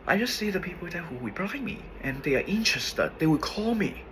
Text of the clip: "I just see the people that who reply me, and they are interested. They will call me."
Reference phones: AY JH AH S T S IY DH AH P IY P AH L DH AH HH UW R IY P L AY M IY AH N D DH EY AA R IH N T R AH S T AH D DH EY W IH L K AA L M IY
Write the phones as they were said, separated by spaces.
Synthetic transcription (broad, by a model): AY JH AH S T S IY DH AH P IY P AH L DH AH HH UW W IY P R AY M IY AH N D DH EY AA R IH N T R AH S T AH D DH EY W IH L K AA L M IY